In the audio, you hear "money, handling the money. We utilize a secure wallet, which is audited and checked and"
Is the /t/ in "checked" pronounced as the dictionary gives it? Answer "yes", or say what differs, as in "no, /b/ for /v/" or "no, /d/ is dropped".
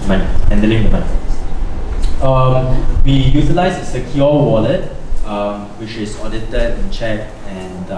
no, /t/ is dropped